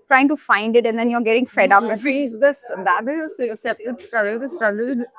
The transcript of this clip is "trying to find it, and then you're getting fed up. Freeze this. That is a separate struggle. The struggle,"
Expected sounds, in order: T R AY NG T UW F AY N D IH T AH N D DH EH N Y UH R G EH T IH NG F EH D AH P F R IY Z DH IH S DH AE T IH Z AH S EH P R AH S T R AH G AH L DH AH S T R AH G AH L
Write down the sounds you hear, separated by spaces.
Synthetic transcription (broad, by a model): T R AY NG T UW F AY N D IH T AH N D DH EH N Y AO R G EH T IH NG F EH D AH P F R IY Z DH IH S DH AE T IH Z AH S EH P AH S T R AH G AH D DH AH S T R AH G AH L